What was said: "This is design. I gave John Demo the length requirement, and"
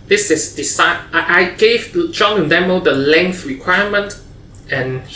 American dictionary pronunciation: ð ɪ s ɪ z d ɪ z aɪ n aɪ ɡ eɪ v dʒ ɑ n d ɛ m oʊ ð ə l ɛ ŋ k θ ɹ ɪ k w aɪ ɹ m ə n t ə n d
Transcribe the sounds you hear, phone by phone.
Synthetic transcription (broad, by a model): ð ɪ s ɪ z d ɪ s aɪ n aɪ ɡ eɪ v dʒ ɑ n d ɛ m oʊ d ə l ɛ ŋ k θ ɹ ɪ k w aɪ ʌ m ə n t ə n